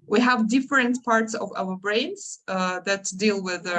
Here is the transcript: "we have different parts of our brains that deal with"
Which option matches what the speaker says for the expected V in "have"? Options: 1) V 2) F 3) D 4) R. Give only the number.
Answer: 1